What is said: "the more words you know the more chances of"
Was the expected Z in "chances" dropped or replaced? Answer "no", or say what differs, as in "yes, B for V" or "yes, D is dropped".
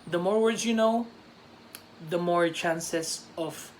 yes, S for Z